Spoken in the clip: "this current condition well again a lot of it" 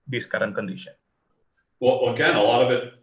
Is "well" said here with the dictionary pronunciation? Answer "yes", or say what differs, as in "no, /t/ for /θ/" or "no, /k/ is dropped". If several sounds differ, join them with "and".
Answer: no, /w/ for /l/